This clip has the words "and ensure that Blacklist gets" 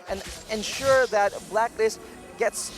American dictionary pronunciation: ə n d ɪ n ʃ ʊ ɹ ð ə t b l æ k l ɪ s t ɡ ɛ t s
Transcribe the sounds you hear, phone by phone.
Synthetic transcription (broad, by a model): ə n ɪ n ʃ ʊ ɹ ð ə t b l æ k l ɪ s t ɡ ɛ t s